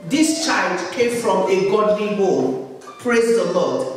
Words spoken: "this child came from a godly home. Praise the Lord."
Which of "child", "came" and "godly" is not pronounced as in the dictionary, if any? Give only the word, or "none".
none